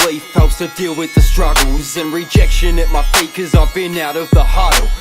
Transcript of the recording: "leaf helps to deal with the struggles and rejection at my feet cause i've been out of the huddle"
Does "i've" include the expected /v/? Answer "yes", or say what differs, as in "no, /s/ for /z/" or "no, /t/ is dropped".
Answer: yes